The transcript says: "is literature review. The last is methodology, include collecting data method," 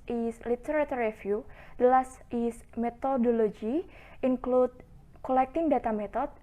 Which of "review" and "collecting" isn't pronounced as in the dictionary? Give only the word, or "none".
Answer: review